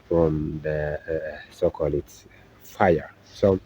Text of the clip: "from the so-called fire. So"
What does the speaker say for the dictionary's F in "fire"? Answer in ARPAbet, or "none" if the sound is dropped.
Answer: F